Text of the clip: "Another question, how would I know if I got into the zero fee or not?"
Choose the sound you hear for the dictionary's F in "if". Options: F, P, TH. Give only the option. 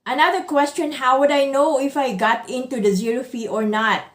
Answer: F